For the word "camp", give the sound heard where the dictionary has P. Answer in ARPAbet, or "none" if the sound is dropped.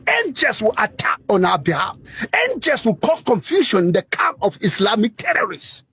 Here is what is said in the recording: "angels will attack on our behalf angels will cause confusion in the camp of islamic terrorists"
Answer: none